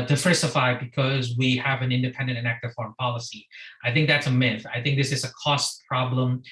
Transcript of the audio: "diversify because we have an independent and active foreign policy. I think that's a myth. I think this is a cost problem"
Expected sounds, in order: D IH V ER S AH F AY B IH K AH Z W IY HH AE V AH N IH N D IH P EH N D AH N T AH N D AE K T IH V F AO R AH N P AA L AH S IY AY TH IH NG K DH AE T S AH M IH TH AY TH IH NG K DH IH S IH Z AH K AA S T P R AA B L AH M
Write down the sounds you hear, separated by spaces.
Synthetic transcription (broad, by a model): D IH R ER S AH F AY B IH K AH Z W IY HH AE V AH N IH N D IH P EH N D AH N T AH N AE K T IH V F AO R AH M P AA L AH S IY AY TH IH NG K DH AE T S AH M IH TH AY TH IH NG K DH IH S IH Z AH K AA S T P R AA B L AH M